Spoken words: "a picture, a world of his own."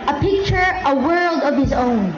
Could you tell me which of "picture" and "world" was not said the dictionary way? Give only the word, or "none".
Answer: none